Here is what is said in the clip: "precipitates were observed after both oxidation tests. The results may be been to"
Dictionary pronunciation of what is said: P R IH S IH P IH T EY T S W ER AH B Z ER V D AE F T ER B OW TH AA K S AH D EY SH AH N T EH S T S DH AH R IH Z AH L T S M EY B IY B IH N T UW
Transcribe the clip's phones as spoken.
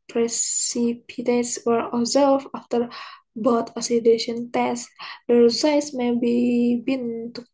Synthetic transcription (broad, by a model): P R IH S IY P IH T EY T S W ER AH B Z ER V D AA F T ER B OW T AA S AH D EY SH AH N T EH S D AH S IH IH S M EY B IY B IH N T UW